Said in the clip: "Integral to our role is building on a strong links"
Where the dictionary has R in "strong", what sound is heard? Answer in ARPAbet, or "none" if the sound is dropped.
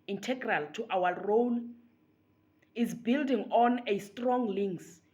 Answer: R